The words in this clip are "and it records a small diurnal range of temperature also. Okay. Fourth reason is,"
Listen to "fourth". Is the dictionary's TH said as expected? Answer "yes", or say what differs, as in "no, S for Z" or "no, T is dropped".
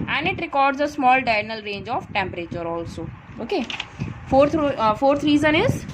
no, F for TH